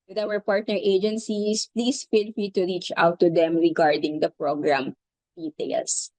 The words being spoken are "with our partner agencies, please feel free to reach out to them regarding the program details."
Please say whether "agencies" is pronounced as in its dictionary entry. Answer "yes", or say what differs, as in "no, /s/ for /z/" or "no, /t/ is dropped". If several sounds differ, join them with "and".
no, /s/ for /z/